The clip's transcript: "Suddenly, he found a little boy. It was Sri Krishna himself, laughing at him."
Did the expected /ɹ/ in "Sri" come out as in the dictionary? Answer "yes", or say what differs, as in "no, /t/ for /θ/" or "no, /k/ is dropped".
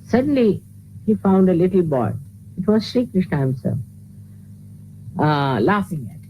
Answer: yes